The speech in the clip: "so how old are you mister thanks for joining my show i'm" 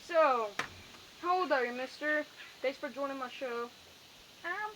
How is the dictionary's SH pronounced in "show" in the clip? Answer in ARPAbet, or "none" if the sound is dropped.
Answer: SH